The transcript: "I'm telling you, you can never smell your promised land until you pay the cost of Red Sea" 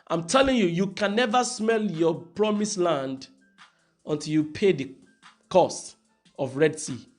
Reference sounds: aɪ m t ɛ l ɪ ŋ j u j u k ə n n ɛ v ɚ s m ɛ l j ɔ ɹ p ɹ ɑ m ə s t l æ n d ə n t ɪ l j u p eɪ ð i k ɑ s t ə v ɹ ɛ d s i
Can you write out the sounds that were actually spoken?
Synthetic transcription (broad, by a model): aɪ m t ɛ l ɪ ŋ j u j u k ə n n ɛ v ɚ s m ɛ l j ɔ p ɹ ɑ m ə s l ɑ n d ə n t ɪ l j u p eɪ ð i k ɑ s t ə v ɹ ɛ d s i